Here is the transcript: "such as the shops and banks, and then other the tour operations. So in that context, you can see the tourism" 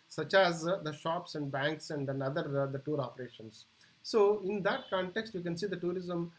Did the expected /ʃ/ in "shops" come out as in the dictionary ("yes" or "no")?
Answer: yes